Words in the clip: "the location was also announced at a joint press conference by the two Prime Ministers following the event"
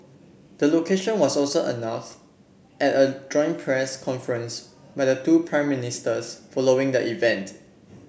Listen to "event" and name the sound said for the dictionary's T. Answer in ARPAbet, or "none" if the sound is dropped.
T